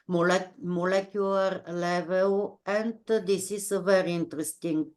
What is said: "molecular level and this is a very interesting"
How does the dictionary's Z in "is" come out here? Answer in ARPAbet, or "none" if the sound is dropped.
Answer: S